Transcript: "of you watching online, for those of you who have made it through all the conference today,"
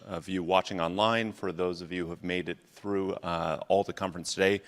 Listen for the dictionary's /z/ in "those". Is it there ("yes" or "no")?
yes